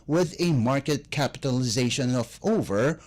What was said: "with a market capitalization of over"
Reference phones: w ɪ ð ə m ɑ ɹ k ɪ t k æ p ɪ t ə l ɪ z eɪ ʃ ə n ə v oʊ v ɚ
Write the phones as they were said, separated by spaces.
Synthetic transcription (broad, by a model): w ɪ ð ə m ɑ ɹ k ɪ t k æ p ɪ t ə l ɪ z eɪ ʃ ə n ə v oʊ v ɚ